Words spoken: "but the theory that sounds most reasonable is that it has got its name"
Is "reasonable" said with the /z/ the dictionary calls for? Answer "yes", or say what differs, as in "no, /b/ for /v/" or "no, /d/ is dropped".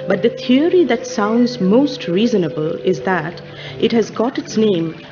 yes